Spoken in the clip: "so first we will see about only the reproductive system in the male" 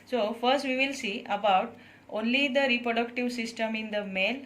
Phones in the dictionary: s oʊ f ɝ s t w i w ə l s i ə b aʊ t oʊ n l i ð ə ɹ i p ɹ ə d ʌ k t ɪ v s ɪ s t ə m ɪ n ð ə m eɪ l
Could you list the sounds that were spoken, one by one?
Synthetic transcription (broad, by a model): s oʊ f ɝ s t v i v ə l s i ə b aʊ t oʊ n l i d ə ɹ i p ɹ ə d ʌ k t ɪ v s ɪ s t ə m ɪ n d ə m eɪ l